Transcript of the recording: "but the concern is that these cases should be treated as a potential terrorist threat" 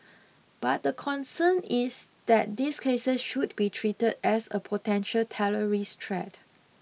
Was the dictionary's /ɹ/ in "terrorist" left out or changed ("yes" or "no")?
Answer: yes